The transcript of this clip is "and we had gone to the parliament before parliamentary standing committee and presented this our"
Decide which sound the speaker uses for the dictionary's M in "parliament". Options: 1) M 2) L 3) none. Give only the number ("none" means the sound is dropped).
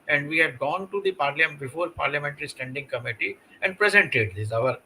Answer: 3